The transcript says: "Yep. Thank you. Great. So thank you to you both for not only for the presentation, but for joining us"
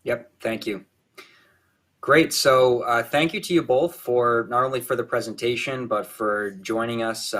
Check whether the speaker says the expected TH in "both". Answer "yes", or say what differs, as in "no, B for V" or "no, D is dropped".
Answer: yes